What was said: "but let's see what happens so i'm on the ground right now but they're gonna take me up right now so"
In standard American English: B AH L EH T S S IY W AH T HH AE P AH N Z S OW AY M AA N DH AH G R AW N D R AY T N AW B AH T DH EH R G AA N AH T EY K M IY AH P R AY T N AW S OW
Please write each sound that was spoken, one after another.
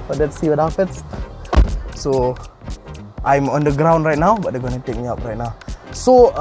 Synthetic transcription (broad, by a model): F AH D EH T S S IY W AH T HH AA F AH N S S OW AY M AA N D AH G R AW N D R AY T N AW B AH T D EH G AA N AH T EY K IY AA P R AY T N AW S OW